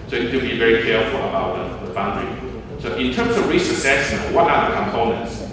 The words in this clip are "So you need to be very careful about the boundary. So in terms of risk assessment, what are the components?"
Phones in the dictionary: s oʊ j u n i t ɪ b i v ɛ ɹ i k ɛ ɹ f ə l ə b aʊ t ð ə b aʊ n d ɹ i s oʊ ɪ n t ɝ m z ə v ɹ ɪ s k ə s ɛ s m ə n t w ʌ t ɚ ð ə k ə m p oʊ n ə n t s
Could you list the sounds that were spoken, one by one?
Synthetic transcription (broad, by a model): s oʊ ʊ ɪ t ɪ b i v ɛ ɹ i k ɛ ɹ f ə l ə b aʊ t ð ə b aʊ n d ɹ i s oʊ ɪ n t ɝ m z ə v ɹ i s ə s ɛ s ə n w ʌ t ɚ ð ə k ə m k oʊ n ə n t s